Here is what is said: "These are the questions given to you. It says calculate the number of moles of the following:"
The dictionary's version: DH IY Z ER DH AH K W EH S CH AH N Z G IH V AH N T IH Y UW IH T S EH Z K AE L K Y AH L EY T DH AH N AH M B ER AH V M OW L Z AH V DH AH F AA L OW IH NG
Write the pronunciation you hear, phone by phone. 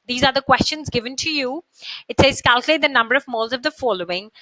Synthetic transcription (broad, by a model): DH IY Z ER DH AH K W EH S CH AH N Z G IH V AH N T IH Y UW IH T S EH Z K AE L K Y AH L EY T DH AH N AH M B ER AH V M OW L Z AH V DH AH F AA L OW IH NG